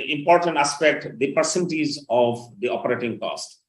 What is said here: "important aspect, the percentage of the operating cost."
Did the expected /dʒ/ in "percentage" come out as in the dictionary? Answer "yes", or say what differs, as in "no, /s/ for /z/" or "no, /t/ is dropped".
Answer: no, /z/ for /dʒ/